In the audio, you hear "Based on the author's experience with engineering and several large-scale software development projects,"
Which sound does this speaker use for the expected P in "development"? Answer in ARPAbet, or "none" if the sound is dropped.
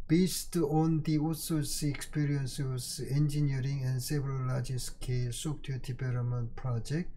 none